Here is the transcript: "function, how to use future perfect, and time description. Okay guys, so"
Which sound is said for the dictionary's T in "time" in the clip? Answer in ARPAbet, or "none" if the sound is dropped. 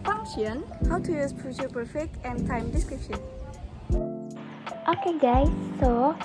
T